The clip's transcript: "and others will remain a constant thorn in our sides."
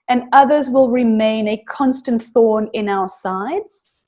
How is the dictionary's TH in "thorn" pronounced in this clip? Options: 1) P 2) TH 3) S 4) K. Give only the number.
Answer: 2